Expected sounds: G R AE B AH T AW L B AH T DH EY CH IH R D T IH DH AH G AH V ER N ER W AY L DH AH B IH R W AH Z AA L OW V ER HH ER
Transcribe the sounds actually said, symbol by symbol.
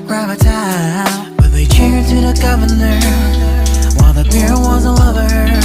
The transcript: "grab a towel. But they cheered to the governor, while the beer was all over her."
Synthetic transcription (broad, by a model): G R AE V AH T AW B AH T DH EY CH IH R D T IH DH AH G AH V ER N ER W AY L DH AH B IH R W AH Z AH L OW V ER ER